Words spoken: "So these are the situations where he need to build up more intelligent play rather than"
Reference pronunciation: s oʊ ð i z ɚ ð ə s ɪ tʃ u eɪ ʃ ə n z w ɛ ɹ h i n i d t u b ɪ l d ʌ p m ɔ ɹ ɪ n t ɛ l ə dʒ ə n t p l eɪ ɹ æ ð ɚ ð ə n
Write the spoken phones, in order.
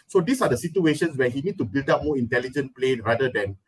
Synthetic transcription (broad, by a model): s oʊ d i s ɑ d ə s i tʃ u eɪ ʃ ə n s w ɛ h i n i d t u b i l d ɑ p m ɔ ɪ n t ɛ l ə dʒ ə n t p l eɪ ɹ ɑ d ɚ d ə n